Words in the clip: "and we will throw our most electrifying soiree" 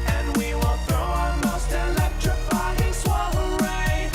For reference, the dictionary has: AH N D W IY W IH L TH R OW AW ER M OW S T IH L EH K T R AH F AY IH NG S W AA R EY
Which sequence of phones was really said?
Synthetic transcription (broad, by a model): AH N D W IY W IH L TH R OW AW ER M OW S T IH L EH K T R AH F AY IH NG S W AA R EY